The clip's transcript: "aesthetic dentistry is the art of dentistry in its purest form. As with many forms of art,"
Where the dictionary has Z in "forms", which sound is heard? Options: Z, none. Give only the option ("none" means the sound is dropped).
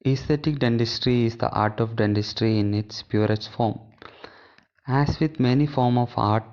none